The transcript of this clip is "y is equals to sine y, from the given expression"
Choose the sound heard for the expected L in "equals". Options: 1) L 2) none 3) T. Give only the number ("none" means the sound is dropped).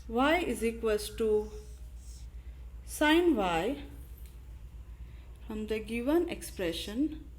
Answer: 2